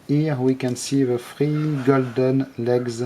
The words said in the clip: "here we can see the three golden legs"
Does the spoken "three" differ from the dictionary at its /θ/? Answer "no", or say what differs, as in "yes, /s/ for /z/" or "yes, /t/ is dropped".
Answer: yes, /f/ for /θ/